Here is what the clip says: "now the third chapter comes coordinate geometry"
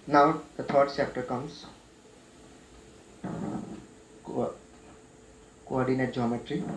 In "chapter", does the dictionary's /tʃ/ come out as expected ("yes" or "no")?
no